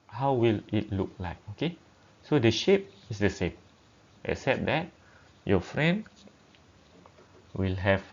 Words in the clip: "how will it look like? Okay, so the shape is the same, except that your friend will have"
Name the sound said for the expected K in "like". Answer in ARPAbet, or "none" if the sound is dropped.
K